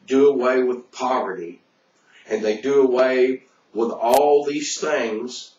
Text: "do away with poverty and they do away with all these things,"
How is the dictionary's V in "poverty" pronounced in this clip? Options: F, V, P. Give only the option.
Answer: V